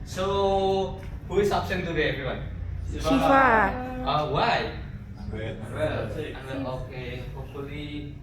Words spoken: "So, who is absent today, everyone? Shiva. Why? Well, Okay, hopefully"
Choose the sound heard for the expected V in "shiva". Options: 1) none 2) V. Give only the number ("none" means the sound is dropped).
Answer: 1